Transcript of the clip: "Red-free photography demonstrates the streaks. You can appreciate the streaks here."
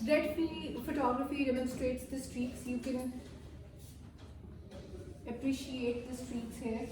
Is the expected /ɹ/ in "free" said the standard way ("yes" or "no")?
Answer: no